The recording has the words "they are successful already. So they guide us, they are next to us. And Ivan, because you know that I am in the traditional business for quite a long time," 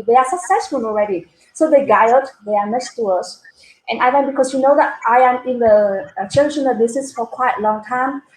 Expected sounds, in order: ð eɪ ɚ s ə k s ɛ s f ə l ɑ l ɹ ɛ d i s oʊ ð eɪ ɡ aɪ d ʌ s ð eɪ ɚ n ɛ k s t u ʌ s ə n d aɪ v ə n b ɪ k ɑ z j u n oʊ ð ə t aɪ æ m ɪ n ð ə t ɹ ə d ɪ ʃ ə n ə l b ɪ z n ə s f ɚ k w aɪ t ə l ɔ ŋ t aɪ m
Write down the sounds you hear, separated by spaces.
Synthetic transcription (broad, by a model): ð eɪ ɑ s ə k s ɛ s f ə l ɑ l ɹ ɛ d i s oʊ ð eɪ ɡ aɪ ʌ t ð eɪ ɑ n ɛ s t u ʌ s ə n aɪ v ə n b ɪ k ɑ s j u n oʊ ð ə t aɪ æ m ɪ n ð ə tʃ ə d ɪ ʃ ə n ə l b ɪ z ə s f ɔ k w aɪ t l ɔ ŋ t aɪ m